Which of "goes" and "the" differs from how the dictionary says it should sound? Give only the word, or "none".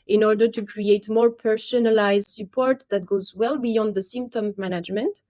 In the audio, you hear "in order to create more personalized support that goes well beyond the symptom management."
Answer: none